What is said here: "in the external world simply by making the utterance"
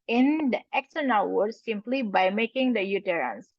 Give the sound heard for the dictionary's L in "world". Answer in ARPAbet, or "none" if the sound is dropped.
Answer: none